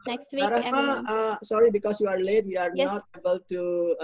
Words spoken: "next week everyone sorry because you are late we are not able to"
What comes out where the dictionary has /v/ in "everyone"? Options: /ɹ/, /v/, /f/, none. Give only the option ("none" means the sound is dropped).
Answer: none